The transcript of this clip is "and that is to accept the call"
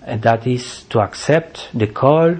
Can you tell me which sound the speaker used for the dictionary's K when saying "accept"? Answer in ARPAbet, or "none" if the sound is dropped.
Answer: K